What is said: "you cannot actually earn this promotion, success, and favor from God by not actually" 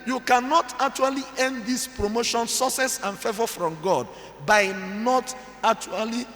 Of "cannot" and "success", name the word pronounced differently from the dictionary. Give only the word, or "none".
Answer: success